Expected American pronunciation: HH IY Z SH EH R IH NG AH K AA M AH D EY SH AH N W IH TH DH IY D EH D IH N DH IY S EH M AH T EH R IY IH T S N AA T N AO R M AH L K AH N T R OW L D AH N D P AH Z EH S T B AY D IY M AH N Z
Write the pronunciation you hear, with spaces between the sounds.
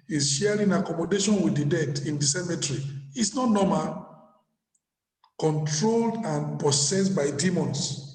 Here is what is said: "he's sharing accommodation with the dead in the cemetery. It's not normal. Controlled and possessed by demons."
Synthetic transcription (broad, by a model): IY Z SH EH R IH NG AH K AA M AH D EY SH AH N W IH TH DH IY D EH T IH N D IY S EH M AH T R IY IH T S N AA T N AO M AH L K AH N T R OW L D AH N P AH S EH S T B AY D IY M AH N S